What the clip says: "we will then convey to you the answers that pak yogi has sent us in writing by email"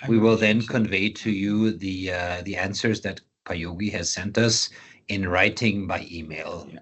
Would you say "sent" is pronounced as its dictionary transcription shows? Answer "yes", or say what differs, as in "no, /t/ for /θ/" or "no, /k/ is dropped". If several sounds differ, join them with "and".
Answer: yes